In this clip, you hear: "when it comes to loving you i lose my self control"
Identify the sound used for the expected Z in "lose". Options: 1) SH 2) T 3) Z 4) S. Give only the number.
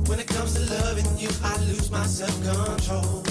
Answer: 3